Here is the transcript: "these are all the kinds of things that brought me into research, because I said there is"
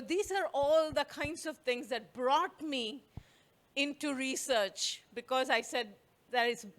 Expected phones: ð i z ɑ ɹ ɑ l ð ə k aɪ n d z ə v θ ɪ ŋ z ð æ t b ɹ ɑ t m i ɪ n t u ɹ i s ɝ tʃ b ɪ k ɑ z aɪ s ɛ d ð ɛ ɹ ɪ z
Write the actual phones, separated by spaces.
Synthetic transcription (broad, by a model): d i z ɑ ɹ ɑ l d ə k aɪ n d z ə v t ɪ ŋ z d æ t b ɹ ɑ t m i ɪ n t u ɹ i s ɝ tʃ b ɪ k ɑ z aɪ s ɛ d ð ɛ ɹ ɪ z